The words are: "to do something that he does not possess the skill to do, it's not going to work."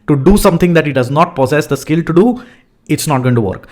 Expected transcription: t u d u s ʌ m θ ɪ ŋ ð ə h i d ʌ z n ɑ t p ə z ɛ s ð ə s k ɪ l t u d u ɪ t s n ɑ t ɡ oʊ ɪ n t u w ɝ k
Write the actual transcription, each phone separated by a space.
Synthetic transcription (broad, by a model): t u d u s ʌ m t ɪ ŋ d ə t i d ʌ z n ɑ t p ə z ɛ s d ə s k ɪ l t u d u ɪ t s n ɑ t ɡ oʊ ɪ n t u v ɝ k